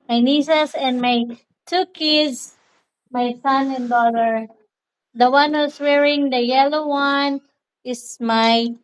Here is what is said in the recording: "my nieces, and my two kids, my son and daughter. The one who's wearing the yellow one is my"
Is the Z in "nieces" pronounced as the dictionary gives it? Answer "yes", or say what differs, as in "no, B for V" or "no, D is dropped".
no, S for Z